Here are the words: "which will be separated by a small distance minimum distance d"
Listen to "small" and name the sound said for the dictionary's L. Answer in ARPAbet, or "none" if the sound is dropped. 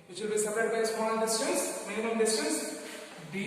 N